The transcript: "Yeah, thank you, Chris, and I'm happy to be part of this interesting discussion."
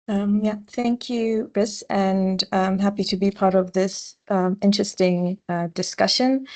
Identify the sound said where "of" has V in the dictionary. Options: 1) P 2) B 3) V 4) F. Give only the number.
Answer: 3